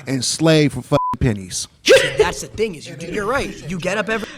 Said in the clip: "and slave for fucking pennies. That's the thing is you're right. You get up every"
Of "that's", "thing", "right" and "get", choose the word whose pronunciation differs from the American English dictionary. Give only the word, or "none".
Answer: none